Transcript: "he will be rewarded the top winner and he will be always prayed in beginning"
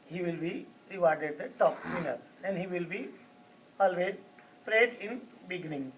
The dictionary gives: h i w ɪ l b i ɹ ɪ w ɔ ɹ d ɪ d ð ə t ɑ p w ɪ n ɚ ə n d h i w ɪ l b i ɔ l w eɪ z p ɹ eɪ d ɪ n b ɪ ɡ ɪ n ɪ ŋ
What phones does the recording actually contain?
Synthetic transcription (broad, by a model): h i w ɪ l b i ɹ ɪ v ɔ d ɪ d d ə t ɑ p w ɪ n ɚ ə l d h i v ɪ l b i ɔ l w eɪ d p ɹ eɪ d ɪ n b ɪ ɡ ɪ n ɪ ŋ